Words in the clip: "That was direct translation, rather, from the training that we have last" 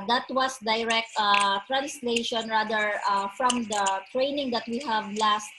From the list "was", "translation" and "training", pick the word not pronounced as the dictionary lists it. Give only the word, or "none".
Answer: was